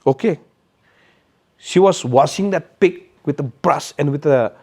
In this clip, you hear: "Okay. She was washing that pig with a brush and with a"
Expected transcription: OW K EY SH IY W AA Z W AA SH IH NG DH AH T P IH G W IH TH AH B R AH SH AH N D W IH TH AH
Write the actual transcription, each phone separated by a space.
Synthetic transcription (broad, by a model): OW K EY SH IY W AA S W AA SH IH NG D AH T P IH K W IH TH AH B R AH S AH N W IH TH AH